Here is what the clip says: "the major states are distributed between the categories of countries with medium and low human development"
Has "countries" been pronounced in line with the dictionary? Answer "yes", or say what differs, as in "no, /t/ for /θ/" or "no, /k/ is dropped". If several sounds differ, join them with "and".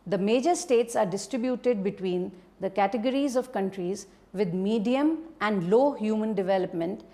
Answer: yes